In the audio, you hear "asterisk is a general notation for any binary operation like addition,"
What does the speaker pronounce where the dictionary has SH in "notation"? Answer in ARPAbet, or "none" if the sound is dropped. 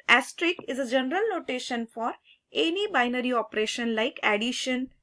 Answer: SH